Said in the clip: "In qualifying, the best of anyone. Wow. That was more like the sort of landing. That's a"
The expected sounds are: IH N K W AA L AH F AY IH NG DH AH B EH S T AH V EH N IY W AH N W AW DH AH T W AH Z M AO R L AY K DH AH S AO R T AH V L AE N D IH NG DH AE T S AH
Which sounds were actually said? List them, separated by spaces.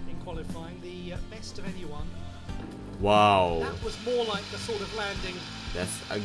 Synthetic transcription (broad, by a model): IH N K W AA L AH F AY IH NG DH AH B EH S T AH V EH N IY W AH N W AW DH AH T W AH Z M AO R L AY K DH AH S AO R T AH V L AE N D IH NG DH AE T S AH